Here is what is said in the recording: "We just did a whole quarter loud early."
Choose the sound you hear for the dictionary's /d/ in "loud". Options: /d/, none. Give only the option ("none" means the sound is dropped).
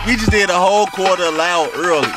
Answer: none